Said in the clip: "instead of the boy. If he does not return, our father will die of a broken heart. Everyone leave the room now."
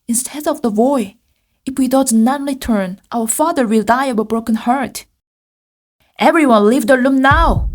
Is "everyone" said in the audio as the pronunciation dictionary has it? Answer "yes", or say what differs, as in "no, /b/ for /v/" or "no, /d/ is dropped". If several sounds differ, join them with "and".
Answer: yes